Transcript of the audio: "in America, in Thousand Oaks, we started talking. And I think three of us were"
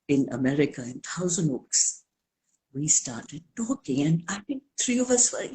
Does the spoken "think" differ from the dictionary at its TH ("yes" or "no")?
yes